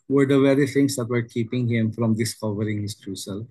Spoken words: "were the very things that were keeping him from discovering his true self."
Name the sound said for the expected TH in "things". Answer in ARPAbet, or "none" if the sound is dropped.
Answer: T